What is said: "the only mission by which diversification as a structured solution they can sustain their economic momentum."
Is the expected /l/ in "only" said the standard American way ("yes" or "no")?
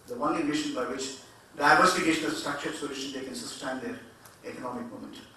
no